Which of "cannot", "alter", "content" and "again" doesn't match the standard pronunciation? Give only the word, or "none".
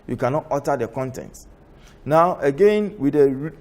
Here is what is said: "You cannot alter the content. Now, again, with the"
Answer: alter